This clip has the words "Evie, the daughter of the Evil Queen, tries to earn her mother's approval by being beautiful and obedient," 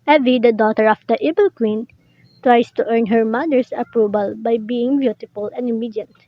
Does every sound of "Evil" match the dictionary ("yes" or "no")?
no